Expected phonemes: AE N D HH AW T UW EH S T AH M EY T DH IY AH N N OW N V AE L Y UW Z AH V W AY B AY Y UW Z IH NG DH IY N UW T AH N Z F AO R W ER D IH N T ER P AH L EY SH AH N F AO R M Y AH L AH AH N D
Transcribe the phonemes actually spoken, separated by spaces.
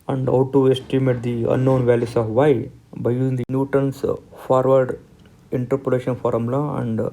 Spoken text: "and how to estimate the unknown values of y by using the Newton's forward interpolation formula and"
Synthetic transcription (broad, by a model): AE N D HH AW T UW EH S T AH M EY T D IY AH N N OW N V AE L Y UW S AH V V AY B AY Y UW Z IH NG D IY N UW T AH N S F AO R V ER D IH N T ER P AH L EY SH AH N F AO R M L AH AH N D